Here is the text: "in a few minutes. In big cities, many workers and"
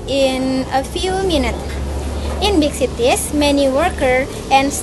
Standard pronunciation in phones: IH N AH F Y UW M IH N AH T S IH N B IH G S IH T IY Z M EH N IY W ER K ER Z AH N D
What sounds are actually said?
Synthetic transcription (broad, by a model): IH N AH F Y UW M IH N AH T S IH N B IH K S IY T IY S M EH N IY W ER K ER AH N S